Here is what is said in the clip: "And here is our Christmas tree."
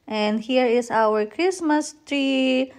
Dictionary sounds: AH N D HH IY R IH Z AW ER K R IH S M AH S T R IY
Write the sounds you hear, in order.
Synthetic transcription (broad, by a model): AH N D HH IY R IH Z AW ER K R IH S M AH S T R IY